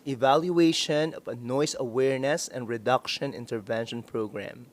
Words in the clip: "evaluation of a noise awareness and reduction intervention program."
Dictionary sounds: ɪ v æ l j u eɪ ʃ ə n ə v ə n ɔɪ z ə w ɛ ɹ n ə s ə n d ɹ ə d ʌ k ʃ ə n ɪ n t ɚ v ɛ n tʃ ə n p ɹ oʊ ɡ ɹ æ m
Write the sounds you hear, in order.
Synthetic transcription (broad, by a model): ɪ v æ l j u eɪ ʃ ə n ə v ə n ɔɪ s ə w ɛ ɹ n ə s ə n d ɹ ə d ʌ k ʃ ə n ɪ n t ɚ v ɛ n ʃ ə n p ɹ oʊ ɡ ɹ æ m